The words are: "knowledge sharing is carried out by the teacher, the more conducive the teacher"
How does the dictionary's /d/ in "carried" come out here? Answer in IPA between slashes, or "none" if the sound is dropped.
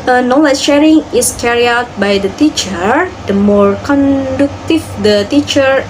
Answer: none